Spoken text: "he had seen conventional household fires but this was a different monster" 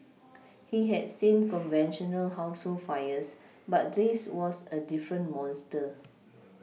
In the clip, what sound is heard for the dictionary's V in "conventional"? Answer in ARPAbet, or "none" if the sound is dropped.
V